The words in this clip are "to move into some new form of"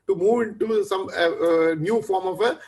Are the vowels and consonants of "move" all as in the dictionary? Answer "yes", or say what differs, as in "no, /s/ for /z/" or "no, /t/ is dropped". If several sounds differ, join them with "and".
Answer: yes